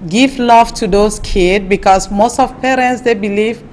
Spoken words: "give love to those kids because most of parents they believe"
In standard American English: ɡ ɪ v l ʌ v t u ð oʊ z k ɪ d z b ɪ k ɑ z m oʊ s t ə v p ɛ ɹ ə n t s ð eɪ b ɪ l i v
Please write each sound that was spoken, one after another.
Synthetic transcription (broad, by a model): ɡ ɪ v l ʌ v t u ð oʊ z k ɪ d b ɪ k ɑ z m oʊ s t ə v p ɛ ɹ ə n t s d eɪ b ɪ l i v